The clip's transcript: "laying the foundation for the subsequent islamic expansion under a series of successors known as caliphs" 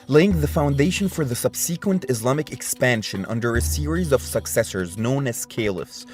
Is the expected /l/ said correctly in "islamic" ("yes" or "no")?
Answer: yes